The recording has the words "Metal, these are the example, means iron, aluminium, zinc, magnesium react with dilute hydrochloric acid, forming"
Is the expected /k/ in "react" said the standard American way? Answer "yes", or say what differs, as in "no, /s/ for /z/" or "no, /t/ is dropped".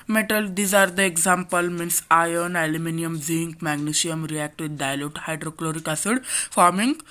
yes